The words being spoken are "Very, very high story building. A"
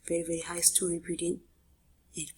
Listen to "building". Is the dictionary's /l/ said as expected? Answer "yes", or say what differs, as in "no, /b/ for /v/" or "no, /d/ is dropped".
no, /l/ is dropped